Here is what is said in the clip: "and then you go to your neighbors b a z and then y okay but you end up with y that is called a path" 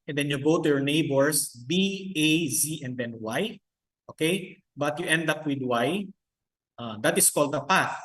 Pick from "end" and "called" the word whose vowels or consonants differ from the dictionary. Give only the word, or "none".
none